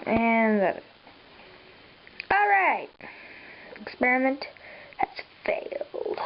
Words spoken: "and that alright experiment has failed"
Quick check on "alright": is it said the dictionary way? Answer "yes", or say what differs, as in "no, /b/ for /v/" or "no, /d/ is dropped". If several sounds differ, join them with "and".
yes